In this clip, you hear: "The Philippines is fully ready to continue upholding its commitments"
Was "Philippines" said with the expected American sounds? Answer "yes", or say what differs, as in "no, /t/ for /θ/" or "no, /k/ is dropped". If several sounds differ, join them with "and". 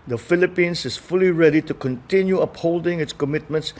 no, /s/ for /z/